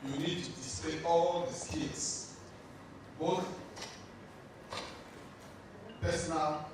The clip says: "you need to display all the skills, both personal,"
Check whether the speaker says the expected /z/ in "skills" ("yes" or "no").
no